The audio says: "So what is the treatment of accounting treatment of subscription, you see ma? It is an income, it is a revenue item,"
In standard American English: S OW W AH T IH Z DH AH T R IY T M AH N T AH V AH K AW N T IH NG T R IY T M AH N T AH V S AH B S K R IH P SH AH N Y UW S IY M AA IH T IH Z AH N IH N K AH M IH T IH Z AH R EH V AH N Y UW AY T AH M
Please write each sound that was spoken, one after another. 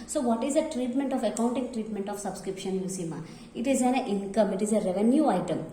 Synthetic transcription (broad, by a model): S OW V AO T IH Z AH T R IY T M AH N T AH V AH K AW N T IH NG T R IY T M AH N T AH F S AH B S K R IH P SH AH N Y UW S IY M AA IH T IH Z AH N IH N K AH M IH T IH Z AH R EH V AH N Y UW AY T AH M